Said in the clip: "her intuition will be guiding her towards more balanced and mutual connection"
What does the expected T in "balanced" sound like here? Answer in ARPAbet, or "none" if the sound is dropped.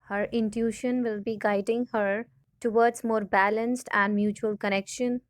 T